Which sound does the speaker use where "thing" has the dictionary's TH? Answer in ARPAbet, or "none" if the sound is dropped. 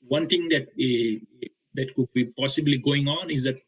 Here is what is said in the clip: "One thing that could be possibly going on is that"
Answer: T